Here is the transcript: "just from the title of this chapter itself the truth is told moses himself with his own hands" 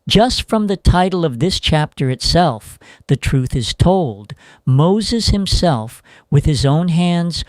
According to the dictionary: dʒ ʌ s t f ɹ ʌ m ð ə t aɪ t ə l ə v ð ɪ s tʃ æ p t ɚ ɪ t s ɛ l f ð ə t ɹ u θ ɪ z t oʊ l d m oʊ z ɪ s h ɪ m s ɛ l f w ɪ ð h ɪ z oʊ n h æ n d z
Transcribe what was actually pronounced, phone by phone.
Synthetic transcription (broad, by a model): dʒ ʌ s t f ɹ ʌ m ð ə t aɪ t l ə v ð ɪ s tʃ æ p t ɚ ɪ t s ɛ l f ð ə t ɹ u θ ɪ z t oʊ l d m oʊ z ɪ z h ɪ m s ɛ l f w ɪ ð ɪ z oʊ n h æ n d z